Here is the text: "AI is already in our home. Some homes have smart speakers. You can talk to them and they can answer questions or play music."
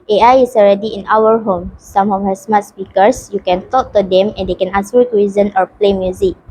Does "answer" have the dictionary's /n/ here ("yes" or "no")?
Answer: no